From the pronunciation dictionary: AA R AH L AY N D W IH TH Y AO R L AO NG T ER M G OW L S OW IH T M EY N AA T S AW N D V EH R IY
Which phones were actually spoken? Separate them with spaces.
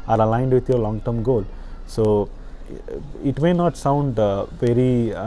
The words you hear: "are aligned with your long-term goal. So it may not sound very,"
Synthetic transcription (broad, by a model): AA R AH L AY N D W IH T Y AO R L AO NG T ER M G OW L S OW IH T M EY N AA T S AW N D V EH R IY